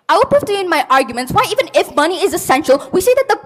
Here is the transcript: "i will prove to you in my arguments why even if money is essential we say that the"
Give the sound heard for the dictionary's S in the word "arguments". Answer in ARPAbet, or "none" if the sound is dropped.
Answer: S